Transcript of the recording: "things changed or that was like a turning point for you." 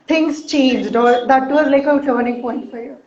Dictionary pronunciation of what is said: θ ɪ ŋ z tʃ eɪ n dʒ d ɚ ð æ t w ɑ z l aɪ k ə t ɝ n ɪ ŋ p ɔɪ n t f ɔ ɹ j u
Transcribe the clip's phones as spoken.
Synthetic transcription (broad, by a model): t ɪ ŋ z tʃ eɪ n dʒ d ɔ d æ t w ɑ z l aɪ k ə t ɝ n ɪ ŋ p ɔɪ n t f ɔ ɹ j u